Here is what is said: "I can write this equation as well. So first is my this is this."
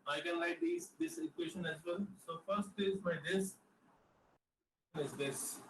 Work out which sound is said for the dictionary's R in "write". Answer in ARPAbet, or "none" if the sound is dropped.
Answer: L